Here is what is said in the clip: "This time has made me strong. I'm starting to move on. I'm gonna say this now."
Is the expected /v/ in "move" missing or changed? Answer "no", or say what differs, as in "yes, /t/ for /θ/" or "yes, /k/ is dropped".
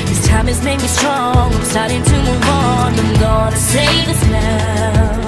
yes, /w/ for /v/